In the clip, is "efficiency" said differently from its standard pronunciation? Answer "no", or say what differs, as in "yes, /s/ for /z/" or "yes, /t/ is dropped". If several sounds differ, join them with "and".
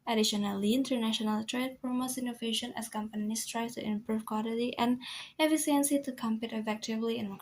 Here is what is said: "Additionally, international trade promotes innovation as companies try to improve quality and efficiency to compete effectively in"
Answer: yes, /s/ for /ʃ/